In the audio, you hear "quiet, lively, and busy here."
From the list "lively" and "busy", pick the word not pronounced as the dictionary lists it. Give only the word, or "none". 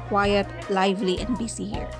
busy